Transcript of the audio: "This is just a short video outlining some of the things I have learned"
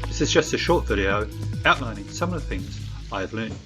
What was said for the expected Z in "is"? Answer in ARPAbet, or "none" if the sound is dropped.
Z